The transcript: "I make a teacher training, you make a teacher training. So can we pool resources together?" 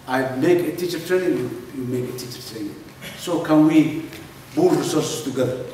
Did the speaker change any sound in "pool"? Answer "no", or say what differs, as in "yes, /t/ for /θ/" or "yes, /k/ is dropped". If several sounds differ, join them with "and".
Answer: yes, /b/ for /p/